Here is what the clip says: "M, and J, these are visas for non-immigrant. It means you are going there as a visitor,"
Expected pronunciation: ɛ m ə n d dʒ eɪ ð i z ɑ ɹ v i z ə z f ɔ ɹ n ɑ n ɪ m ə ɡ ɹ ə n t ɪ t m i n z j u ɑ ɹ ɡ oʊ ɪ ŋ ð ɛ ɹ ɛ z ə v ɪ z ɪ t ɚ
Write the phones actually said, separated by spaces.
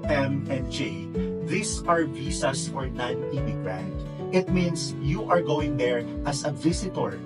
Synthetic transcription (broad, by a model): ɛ m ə n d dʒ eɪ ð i s ɑ ɹ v i s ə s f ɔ ɹ n ɑ n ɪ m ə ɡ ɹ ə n t ɪ t m i n s j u ɑ ɹ ɡ oʊ ɪ ŋ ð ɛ ɹ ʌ s ə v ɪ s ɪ t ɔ